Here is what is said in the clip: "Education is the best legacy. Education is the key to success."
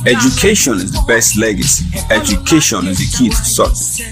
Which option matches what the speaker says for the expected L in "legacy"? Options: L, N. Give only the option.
L